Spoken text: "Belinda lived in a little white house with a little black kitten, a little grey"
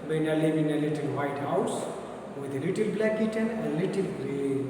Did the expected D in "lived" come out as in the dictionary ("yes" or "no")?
no